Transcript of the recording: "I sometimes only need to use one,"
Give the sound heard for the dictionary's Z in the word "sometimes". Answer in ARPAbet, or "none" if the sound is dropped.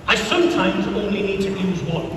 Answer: Z